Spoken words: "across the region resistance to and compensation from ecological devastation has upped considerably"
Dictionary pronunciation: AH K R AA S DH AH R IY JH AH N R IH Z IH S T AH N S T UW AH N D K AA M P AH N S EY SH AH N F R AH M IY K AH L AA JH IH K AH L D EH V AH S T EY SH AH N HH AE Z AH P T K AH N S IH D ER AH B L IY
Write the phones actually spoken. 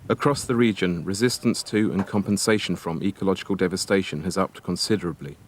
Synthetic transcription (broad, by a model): AH K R AA S DH AH R IY JH AH N R IH Z IH S T AH N S T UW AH N K AA M P AH N S EY SH AH N F R AH M IY K AH L AA JH IH K AH L D EH V AH S T EY SH AH N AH Z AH P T K AH N S IH D ER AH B L IY